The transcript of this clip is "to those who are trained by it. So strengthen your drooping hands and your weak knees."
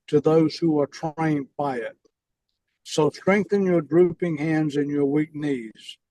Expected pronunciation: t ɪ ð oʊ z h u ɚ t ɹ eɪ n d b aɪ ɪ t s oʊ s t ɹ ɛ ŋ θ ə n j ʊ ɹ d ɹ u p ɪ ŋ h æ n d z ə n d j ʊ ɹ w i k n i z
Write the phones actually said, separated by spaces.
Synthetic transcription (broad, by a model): t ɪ ð oʊ z h u ɚ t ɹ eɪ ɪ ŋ b aɪ ɪ t s oʊ s t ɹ ɛ ŋ θ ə n j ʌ ɹ d ɹ u p ɪ ŋ h æ n d z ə n j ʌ ɹ w i k n i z